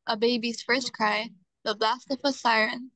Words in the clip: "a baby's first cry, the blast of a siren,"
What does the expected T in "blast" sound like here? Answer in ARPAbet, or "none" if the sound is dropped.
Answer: T